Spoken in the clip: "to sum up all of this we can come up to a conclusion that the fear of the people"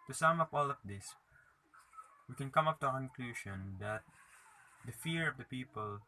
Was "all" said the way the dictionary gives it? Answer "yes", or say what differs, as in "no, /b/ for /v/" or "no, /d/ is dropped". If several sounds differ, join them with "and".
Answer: yes